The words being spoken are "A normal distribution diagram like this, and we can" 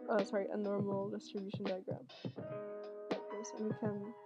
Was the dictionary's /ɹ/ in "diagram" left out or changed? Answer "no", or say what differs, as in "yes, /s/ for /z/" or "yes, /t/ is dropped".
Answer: no